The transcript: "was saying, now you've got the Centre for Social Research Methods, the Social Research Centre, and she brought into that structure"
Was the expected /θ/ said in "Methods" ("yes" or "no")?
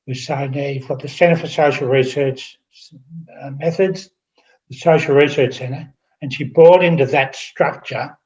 yes